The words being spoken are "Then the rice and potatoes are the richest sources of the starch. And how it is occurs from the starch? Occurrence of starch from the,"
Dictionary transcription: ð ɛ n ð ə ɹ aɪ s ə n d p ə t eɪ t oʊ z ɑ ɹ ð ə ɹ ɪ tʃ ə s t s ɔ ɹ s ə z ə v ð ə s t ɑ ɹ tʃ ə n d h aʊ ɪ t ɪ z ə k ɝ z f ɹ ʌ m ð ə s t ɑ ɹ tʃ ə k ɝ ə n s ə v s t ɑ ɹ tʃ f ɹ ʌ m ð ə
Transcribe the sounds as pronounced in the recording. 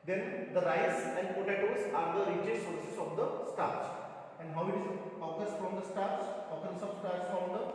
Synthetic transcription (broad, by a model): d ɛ n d ə ɹ aɪ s ə n d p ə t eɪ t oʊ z ɑ ɹ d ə ɹ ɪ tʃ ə t s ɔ ɹ s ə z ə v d ə s t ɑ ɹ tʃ ə n d h aʊ ɪ t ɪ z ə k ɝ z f ɹ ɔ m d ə s t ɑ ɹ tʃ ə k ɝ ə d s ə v s t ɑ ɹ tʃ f ɹ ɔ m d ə